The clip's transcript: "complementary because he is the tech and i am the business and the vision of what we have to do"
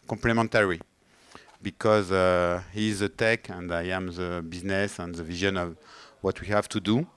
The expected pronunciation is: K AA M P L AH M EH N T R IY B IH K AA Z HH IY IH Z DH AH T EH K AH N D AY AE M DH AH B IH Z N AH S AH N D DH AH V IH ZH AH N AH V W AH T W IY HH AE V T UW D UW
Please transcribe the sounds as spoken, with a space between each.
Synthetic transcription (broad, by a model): K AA M P L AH M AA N T R IY B IH K AA Z HH IY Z DH AH T EH K AH N D AY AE M DH AH B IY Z N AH S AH N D DH AH V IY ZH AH N AH V W AH T W IY HH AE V T UW D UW